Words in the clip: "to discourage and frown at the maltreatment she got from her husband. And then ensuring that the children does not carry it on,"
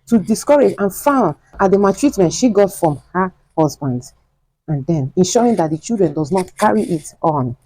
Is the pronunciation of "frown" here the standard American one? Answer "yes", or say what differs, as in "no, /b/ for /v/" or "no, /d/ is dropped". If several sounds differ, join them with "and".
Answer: no, /ɹ/ is dropped